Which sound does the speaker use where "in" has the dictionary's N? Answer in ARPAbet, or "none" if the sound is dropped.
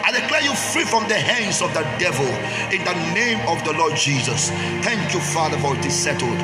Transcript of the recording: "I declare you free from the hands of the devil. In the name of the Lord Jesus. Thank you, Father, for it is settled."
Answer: N